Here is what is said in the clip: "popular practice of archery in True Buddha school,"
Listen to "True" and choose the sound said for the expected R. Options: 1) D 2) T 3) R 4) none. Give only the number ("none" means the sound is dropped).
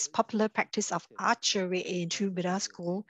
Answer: 4